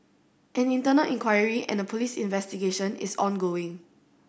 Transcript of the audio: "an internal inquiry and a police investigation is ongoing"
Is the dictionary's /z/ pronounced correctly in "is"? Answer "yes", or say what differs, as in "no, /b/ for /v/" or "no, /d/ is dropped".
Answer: no, /s/ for /z/